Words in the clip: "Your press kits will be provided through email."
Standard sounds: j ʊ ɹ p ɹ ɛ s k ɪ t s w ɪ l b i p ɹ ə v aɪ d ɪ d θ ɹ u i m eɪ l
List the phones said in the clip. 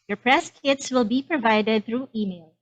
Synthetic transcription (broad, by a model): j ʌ ɹ p ɹ ɛ s k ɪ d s w ɪ l b i p ɹ ə v aɪ d ɪ d θ ɹ u i m eɪ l